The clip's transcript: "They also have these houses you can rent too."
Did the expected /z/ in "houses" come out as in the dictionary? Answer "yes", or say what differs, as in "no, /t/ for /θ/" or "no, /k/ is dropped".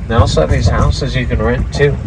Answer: yes